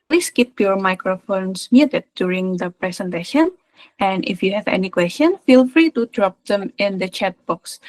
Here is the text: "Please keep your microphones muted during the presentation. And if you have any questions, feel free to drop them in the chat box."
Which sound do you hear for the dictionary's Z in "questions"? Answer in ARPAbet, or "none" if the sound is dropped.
none